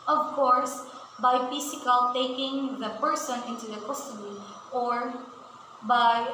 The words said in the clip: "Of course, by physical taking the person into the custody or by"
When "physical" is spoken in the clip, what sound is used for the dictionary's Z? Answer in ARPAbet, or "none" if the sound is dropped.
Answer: S